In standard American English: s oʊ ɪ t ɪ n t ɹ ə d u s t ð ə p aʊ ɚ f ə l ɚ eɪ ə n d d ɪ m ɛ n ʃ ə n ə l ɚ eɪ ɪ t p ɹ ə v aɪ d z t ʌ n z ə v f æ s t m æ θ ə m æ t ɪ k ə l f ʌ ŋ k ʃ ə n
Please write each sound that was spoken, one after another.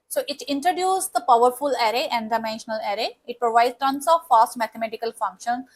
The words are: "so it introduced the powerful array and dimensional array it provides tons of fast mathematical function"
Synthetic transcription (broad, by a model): s oʊ ɪ t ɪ n t ɹ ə d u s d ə p aʊ ɚ f ə l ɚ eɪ ə n d d ɪ m ɛ n ʃ ə n ə l ɚ eɪ ɪ t p ɹ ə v aɪ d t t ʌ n s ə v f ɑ s t m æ t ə m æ t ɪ k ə l f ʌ ŋ k ʃ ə n